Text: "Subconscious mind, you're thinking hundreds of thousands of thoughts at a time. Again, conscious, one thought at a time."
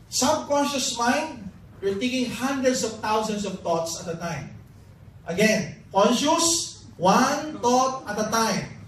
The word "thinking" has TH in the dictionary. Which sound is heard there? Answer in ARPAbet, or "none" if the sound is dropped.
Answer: T